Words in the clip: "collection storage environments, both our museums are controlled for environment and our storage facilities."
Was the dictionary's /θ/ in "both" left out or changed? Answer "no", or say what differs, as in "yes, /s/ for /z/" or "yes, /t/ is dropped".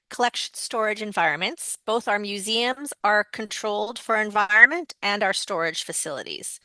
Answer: no